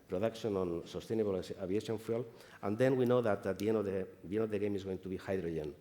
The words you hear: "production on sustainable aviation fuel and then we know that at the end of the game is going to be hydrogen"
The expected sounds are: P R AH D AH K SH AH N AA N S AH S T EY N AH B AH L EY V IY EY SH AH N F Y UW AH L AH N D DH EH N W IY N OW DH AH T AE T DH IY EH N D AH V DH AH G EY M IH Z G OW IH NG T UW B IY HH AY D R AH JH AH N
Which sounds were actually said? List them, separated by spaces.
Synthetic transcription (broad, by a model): P R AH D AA K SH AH N AA N S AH S T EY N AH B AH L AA B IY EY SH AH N F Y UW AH L AH N D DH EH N W IY N OW DH AH T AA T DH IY EH N D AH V DH AH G EY M IH Z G OW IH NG T UW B IY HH AY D R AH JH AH N